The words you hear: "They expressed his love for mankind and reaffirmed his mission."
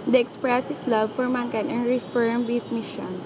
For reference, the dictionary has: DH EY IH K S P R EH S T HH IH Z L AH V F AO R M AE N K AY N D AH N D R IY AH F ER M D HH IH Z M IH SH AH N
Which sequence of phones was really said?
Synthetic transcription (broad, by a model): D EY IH K S P R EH S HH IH S L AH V F AO R M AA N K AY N AH N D R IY F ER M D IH S M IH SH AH N